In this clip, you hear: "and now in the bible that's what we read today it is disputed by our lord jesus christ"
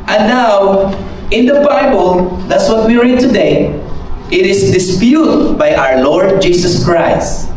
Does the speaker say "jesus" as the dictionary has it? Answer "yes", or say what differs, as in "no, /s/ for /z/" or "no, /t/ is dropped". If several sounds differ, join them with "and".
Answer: no, /s/ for /z/